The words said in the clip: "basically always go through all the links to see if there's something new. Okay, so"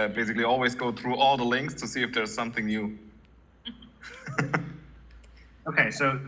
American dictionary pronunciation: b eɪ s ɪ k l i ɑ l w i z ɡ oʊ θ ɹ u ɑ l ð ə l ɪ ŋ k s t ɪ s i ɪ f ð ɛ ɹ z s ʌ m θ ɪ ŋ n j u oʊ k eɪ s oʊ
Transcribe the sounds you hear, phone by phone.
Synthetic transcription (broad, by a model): b eɪ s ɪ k l i ɑ l w i z ɡ oʊ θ ɹ u ɑ l ð ə l ɪ ŋ k s t ɪ s i ɪ f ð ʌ ɹ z s ʌ m θ ɪ ŋ n j u oʊ k eɪ s oʊ